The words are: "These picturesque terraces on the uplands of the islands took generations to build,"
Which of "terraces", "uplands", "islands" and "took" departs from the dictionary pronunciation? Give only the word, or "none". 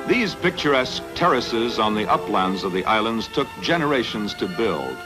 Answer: none